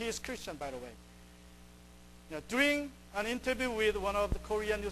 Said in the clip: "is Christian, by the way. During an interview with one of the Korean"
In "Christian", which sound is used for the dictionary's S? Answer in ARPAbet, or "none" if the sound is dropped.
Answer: S